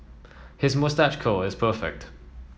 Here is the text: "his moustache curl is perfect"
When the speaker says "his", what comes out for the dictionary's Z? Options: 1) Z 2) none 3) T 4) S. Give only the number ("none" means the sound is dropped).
1